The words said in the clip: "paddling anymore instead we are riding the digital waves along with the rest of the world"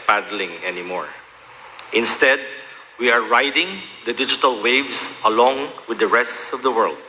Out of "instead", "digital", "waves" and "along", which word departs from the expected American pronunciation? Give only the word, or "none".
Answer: waves